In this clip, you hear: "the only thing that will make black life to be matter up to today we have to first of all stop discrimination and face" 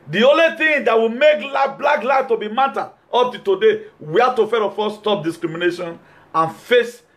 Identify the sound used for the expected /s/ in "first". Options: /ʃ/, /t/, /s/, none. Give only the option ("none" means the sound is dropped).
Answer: none